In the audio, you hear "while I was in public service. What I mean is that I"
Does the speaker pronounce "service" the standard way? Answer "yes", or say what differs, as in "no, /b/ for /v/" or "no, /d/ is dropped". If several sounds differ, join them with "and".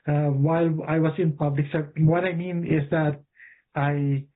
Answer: no, /p/ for /v/